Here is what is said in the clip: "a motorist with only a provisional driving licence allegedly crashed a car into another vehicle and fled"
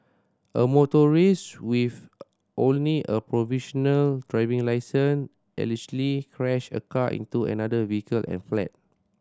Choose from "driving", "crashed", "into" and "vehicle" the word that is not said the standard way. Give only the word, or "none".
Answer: crashed